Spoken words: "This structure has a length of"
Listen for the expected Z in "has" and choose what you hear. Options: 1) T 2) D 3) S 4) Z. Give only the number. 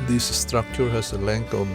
3